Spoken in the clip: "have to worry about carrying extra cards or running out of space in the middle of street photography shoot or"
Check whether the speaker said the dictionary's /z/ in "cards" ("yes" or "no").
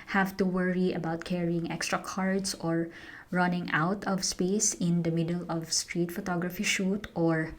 no